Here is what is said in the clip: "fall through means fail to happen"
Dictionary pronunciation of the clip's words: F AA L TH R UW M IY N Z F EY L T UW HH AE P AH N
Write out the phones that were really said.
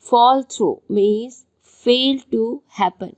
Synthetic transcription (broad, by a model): F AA L T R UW M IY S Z F EY L T UW HH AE P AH N